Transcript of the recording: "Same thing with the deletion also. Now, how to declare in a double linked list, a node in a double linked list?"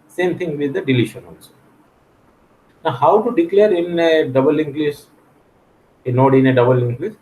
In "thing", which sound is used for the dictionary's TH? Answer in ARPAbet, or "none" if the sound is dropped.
T